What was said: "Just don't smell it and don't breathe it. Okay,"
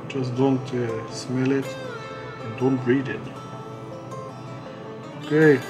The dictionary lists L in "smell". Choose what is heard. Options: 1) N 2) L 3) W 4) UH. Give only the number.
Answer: 2